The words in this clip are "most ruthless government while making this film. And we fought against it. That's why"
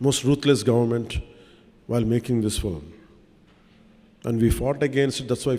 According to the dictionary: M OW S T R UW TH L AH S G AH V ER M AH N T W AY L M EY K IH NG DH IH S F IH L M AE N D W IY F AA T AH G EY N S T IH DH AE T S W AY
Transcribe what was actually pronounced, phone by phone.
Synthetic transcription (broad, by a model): M OW S T R UW T L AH S G AH V ER M AH N T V AY L M EY K IH NG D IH S F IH L M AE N D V IY F AA T AH G EY N S T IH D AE T S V AY